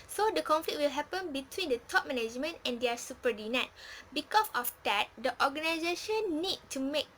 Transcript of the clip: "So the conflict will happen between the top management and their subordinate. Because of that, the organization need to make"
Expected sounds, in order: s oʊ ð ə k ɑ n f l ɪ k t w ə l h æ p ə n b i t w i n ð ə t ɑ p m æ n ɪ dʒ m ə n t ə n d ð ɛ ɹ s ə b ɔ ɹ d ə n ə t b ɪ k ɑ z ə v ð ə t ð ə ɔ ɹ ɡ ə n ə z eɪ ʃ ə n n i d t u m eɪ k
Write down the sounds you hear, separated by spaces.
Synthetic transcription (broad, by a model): s oʊ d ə k ɑ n f l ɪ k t w ə l h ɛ p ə n b i t w i n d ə t ɑ p m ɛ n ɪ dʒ m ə n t ə n d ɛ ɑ s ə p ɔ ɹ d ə n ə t b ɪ k ɑ s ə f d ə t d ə ɔ ɡ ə n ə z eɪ ʃ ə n n i d t u m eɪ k